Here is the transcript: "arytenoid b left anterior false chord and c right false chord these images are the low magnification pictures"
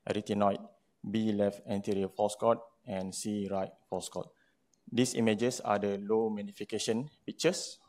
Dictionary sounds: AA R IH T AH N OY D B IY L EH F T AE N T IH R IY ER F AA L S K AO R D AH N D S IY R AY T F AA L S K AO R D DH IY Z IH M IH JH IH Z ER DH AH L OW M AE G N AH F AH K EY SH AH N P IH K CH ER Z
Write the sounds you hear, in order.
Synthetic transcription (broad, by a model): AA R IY T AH N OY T B IY L EH F T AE N T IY R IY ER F AA S K AO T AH N S IY R AY T F AA S K AO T D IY S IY M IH JH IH S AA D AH L OW M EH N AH F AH K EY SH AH N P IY K CH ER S